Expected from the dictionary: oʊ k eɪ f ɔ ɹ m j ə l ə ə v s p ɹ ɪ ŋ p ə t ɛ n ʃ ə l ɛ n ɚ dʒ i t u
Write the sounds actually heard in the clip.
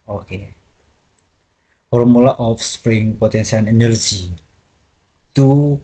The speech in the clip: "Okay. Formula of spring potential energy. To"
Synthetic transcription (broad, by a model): oʊ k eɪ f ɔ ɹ m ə l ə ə f s p ɹ ɪ ŋ p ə t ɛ n s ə n ɛ n ɚ dʒ i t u